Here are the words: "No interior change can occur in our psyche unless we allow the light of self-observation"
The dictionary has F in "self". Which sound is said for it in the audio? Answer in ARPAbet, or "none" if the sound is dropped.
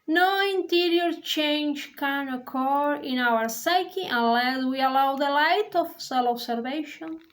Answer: none